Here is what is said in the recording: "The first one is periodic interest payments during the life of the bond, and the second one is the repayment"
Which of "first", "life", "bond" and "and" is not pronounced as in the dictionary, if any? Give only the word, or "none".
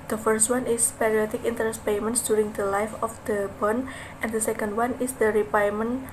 bond